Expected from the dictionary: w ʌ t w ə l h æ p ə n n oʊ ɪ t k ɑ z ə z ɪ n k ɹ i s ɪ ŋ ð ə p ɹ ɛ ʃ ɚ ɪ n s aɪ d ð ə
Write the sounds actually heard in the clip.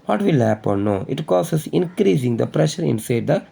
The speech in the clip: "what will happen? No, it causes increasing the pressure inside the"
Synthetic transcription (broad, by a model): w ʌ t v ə l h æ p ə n n oʊ ɪ t k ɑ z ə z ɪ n k ɹ i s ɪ ŋ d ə p ɹ ɛ ʃ ɚ ɪ n s aɪ d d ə